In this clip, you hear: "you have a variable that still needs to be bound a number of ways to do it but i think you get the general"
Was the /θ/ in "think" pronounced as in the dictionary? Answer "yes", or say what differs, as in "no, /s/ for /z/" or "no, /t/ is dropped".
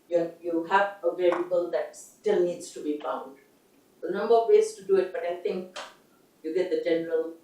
no, /t/ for /θ/